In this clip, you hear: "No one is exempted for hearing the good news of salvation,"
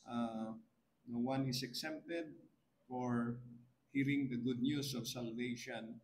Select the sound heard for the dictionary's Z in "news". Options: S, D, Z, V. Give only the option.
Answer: S